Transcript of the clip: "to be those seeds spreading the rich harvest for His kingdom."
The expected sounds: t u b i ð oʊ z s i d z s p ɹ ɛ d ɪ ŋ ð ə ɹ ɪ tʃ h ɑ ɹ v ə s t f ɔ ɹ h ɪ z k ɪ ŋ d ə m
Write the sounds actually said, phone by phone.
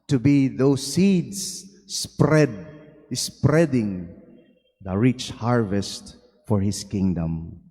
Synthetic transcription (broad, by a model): t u b i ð oʊ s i d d s p ɹ ɛ d ɪ ŋ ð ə ɹ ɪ tʃ h ɑ ɹ v ə s t f ɔ ɹ h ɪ s k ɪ ŋ d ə m